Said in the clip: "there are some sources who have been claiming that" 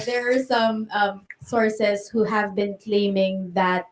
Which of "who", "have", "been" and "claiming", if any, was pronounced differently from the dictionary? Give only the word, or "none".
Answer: none